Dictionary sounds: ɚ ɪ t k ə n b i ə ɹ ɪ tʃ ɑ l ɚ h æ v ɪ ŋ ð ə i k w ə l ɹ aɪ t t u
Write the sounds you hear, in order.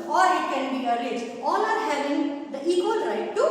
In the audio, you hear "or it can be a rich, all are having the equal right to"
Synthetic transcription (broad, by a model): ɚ ɪ t k ə n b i ə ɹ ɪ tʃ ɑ n ɚ h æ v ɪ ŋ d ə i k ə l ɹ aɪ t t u